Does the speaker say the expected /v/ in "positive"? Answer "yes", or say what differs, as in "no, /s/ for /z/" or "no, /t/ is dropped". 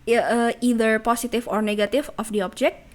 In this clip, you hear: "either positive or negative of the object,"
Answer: no, /f/ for /v/